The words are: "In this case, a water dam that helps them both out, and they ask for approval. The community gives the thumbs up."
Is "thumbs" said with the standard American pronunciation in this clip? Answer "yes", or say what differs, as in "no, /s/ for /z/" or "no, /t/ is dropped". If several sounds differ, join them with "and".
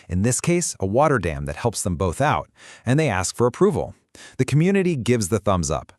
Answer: yes